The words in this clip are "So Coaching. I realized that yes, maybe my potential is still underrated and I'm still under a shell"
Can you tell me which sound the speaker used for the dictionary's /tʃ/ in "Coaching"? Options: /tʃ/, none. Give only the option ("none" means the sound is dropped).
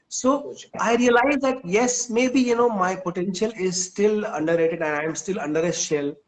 none